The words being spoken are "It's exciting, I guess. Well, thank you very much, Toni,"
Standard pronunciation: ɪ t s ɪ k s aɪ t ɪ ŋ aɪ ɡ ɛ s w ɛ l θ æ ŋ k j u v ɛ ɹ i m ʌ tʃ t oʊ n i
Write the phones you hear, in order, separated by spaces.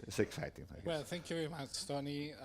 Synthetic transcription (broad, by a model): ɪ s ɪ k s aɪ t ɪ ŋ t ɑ w ɛ l θ æ ŋ k j u v ɛ ɹ i m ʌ tʃ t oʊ n i